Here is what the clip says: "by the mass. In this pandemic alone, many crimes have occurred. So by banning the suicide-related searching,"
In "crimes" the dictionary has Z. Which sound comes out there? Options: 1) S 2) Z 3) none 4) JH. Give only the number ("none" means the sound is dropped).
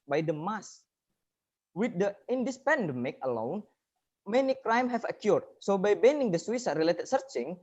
3